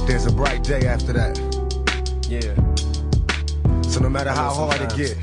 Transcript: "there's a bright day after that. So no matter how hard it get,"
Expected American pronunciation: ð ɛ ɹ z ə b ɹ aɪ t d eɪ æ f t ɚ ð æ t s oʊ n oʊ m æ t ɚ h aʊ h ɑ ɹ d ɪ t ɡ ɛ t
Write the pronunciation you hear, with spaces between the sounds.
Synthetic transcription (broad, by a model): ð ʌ ɹ z ə b ɹ aɪ t d eɪ æ f t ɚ ð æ t s oʊ n oʊ m æ t ɚ h aʊ h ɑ l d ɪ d ɡ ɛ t